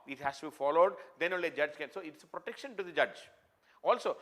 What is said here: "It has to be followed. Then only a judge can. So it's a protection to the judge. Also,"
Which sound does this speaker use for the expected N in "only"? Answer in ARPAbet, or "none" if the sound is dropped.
none